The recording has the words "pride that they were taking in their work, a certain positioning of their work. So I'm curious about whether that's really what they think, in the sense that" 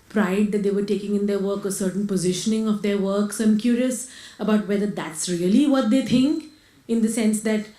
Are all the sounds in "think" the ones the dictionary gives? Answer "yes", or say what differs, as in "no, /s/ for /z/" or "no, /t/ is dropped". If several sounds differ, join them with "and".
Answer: no, /t/ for /θ/